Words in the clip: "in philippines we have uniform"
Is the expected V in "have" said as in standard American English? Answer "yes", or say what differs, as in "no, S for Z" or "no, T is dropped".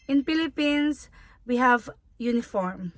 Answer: yes